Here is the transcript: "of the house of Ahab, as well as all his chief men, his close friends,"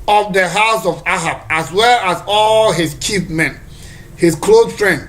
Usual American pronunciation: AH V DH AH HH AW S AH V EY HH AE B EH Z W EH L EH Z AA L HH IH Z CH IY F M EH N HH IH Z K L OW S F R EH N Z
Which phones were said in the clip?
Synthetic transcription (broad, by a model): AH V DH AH HH AW S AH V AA HH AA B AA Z W EH L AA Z AA L HH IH S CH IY P M EH N HH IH S K L OW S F R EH N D